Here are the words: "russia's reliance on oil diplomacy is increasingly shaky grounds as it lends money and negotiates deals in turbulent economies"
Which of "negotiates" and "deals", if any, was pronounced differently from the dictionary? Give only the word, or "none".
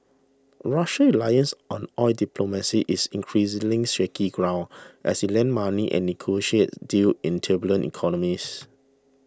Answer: deals